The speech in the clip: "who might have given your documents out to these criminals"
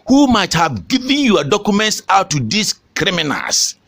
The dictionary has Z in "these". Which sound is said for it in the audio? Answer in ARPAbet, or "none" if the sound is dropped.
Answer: S